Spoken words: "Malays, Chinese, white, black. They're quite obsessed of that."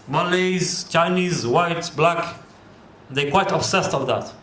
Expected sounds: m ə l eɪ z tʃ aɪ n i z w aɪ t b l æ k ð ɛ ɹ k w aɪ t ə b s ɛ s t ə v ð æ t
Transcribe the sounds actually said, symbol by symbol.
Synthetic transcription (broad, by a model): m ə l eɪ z tʃ aɪ n i z w aɪ t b l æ k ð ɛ k w aɪ t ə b s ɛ s t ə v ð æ t